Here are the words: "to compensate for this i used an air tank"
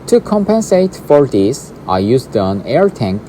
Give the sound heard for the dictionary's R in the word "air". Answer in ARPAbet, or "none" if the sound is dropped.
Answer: R